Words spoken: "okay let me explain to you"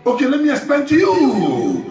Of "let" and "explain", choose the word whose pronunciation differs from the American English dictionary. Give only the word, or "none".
explain